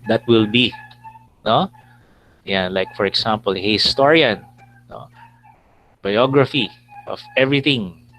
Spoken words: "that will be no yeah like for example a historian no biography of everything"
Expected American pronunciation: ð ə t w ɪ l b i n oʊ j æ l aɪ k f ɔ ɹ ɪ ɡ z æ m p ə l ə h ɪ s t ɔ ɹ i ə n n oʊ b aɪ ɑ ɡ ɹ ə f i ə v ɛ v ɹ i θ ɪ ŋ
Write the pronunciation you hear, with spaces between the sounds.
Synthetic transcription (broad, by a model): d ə t w ɪ l b i n oʊ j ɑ l aɪ k f ɔ ɹ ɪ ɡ s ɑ m p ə l h ɪ s t ɔ ɹ i ə n n oʊ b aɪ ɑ ɡ ɹ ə f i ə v ɛ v ɹ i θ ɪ ŋ